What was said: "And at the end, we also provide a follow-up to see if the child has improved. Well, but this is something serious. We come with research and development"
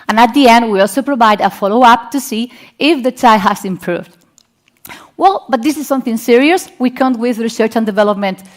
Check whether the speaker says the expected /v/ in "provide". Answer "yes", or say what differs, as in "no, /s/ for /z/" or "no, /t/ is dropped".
yes